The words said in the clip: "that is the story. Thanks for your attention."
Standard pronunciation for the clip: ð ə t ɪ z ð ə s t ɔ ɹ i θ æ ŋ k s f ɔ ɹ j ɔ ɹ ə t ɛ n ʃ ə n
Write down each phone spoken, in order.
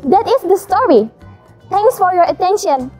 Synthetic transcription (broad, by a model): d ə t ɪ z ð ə s t ɔ ɹ i t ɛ ŋ k s f ɔ ɹ j ɔ ɹ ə t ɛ n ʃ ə n